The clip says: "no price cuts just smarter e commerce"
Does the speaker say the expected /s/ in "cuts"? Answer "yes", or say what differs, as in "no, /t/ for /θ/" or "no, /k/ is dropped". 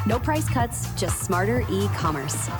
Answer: yes